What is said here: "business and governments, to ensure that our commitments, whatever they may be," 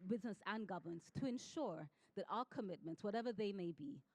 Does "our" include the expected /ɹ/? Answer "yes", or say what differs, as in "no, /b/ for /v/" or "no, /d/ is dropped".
no, /l/ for /ɹ/